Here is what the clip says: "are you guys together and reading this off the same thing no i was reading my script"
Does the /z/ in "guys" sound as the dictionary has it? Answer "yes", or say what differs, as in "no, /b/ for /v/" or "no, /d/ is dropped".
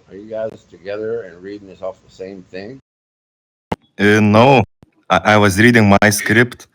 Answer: no, /s/ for /z/